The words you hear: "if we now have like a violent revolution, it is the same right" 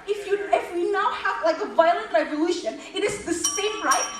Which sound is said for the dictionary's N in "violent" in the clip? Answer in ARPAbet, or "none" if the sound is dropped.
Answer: N